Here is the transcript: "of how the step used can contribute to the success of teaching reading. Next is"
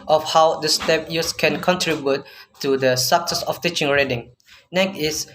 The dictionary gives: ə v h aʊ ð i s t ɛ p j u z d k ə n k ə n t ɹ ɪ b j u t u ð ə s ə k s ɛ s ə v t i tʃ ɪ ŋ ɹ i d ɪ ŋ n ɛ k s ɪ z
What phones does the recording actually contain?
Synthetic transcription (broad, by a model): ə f h aʊ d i s t ɛ p j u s k ə n k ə n t ɹ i b j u t u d ə s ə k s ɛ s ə f t i tʃ ɪ ŋ ɹ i d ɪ ŋ n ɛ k ɪ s